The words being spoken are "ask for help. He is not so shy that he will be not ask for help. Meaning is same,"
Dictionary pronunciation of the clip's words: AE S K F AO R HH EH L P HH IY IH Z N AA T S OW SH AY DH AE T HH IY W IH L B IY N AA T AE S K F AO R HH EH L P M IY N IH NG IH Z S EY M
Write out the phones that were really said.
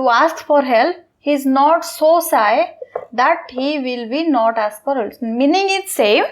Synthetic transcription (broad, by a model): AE S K F AO R HH EH L P HH IY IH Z N AA T S OW S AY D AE T HH IY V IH L B IY N AA T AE S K F AO R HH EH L M IY N IH NG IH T S EY M